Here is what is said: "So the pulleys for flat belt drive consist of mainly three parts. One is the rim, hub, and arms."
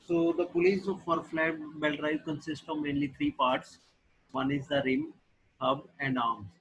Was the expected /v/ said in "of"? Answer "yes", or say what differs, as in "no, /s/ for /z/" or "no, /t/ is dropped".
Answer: yes